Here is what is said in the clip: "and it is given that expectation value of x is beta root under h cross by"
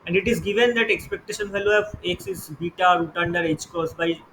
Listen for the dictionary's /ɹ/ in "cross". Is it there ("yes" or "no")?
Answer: no